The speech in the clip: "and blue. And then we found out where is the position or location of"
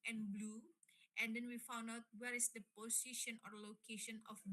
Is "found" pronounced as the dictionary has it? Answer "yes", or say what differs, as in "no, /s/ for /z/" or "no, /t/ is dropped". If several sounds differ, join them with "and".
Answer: yes